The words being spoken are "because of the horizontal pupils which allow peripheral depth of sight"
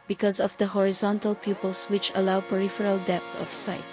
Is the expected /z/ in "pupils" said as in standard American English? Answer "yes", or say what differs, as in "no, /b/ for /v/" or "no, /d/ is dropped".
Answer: no, /s/ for /z/